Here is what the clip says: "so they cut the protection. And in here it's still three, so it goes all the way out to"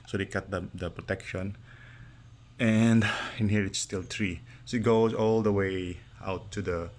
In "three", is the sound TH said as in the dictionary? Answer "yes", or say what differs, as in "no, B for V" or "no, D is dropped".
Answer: no, T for TH